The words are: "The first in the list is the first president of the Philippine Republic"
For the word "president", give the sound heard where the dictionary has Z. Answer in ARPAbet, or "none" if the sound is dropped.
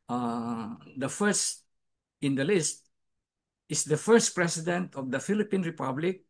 S